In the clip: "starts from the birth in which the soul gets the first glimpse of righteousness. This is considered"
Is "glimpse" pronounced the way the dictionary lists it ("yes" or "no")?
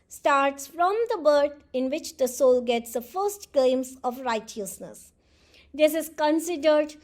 no